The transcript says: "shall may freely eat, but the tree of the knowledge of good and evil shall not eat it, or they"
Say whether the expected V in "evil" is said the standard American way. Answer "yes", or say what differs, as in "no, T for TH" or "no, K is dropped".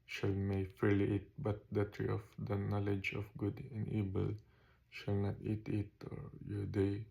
no, B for V